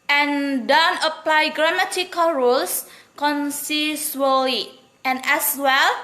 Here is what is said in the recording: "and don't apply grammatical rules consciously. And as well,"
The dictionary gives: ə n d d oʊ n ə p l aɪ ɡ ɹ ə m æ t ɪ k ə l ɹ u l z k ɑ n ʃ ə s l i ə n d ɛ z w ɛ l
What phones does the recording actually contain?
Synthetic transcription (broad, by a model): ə n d d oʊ n ə p l aɪ ɡ ɹ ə m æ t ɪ k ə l ɹ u l s k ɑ n s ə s l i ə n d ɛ s w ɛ l